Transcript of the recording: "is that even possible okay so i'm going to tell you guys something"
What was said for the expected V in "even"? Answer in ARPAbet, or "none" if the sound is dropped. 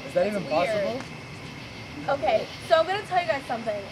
V